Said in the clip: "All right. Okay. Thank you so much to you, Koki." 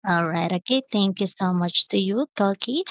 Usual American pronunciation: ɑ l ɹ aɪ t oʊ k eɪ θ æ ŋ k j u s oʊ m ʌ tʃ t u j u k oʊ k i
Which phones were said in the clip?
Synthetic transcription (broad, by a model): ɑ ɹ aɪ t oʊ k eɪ t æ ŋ k j u s oʊ m ʌ tʃ t u j u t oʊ k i